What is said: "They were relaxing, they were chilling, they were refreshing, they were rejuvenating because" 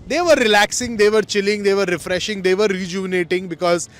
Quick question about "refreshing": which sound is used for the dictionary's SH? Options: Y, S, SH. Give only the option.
SH